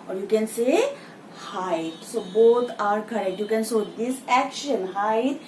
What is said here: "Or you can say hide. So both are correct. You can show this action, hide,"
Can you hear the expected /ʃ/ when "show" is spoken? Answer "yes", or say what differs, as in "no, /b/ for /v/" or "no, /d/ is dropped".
no, /s/ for /ʃ/